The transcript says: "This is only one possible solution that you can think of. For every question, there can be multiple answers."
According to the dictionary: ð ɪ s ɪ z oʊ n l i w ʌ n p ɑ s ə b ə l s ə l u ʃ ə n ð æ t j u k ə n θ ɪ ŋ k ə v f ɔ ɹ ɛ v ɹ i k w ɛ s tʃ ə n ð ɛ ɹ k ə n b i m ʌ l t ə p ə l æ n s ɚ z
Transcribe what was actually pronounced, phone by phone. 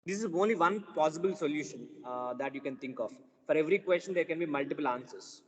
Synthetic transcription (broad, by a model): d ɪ s ɪ z oʊ n l i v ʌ n p ɑ s ə b ə l s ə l u ʃ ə n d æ t j u k ə n t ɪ ŋ k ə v f ɔ ɹ ɛ v ɹ i k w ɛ s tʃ ə n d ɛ ɹ k ə n b i m ʌ l t ə p ə l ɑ n s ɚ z